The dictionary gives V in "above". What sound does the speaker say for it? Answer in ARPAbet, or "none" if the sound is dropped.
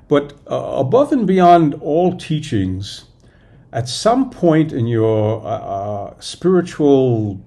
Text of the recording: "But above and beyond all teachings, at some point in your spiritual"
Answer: V